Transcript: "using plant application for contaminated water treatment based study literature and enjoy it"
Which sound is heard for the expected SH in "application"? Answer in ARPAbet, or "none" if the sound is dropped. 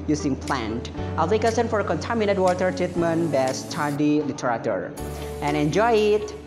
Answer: S